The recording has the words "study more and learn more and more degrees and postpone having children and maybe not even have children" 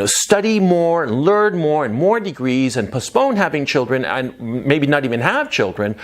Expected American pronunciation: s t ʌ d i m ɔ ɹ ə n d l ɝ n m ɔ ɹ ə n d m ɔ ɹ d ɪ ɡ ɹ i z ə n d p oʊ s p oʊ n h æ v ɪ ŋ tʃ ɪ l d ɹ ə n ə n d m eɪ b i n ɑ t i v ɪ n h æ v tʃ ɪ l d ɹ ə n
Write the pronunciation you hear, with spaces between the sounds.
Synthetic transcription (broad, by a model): s t ʌ d i m ɔ ɹ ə n l ɝ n m ɔ ɹ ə n m ɔ ɹ d ɪ ɡ ɹ i z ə n p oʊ s p oʊ n h æ v ɪ ŋ tʃ ɪ l d ɹ ə n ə n m eɪ b i n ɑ t i v ɪ n h æ v tʃ ɪ l d ɹ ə n